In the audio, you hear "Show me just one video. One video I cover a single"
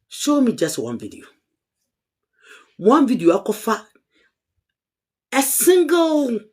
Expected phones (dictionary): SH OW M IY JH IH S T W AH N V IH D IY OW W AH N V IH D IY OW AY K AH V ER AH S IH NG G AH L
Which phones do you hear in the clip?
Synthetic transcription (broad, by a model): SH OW M IY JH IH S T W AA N V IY D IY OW W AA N V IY D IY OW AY K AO F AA AH S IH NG G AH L